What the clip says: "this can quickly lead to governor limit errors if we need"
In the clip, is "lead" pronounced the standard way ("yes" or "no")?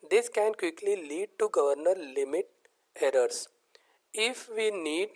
yes